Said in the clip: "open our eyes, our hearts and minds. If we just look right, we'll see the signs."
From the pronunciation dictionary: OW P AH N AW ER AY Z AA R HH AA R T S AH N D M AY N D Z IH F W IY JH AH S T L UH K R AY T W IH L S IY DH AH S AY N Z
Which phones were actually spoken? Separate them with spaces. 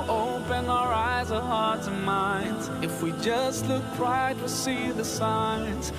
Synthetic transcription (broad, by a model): OW P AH N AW ER AY Z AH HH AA R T AH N M AY N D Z IH F W IY JH AH S T L UH K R AY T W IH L S IY DH AH S AY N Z